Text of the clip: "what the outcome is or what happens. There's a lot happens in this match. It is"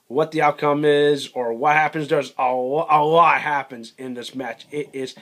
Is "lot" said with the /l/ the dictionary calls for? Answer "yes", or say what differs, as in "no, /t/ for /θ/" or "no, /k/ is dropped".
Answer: no, /w/ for /l/